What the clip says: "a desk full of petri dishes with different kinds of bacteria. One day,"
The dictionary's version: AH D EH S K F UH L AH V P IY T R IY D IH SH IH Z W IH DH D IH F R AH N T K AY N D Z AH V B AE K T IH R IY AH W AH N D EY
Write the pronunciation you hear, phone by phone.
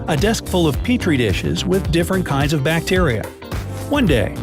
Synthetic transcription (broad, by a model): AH D EH S K F UH L AH V P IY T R IY D IH SH IH Z W IH DH D IH F R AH N K AY N D Z AH V B AE K T IH R IY AH W AH N D EY